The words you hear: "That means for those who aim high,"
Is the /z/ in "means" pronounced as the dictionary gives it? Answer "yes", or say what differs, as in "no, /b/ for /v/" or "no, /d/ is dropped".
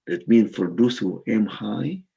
no, /z/ is dropped